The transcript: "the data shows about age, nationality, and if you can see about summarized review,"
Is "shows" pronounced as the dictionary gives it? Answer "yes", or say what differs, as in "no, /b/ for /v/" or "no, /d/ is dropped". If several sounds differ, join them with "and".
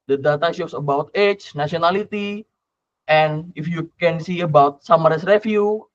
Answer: no, /s/ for /z/